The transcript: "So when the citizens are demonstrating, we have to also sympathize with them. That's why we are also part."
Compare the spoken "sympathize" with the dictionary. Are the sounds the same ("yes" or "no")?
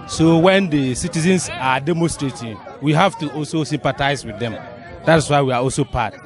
no